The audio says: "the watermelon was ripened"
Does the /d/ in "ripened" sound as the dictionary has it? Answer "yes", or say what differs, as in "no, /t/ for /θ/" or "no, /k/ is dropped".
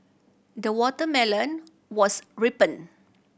no, /d/ is dropped